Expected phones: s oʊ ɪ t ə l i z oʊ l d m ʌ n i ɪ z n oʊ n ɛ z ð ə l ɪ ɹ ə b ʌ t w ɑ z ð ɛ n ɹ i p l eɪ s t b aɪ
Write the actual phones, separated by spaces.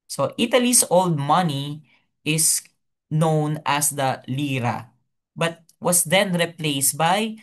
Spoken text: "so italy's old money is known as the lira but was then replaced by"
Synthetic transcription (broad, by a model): s oʊ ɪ t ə l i s oʊ l d m ʌ n i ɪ s n oʊ n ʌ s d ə l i ɹ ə b ʌ t w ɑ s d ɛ n ɹ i p l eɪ s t b aɪ